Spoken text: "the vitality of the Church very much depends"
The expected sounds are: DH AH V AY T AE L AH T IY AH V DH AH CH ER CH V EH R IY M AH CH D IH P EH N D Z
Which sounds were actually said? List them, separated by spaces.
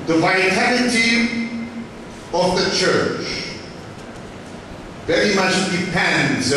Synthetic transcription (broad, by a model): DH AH V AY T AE N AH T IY AH V DH AH CH ER CH V EH R IY M AH CH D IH P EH N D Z